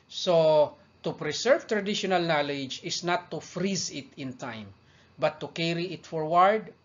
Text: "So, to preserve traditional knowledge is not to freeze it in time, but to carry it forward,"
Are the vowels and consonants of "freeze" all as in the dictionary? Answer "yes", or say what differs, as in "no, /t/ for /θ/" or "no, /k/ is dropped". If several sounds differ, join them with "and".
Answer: yes